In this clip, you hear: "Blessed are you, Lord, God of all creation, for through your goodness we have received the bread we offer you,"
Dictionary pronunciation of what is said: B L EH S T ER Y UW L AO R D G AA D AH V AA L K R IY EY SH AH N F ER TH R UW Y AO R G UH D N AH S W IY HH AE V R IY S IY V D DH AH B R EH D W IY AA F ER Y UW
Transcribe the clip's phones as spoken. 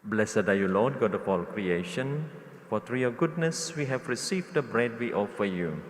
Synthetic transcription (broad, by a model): B L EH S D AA Y UW L AO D G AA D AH P AA L K R IY EY SH AH N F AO T R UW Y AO G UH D N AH S W IY HH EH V R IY S IY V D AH B R EH D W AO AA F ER Y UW